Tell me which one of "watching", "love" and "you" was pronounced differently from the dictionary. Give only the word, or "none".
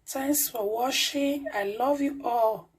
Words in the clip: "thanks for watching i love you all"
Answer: watching